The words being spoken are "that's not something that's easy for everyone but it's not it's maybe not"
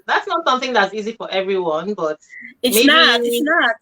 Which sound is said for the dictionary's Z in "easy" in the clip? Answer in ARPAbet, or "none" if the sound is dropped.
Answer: Z